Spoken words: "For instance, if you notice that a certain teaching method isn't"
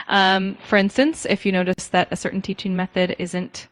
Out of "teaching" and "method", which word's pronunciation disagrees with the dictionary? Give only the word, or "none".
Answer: none